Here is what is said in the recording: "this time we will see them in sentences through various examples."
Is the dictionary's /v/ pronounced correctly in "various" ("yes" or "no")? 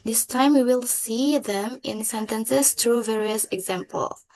yes